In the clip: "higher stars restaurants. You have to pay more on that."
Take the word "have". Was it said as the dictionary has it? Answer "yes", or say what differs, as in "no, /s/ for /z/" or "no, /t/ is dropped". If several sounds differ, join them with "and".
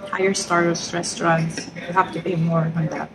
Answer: no, /f/ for /v/